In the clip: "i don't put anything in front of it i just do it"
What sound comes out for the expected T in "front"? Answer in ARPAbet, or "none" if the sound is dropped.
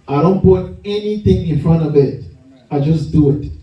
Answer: none